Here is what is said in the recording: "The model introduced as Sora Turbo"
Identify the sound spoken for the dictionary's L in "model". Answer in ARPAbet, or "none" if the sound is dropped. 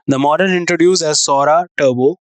N